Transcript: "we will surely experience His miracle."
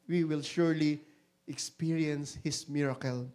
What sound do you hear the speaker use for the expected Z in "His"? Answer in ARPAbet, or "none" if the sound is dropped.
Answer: S